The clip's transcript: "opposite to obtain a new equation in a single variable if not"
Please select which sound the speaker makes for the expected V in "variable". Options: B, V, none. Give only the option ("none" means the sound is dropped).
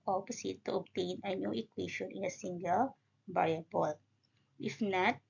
B